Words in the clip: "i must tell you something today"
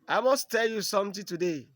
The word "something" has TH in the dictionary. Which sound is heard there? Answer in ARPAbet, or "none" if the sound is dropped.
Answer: T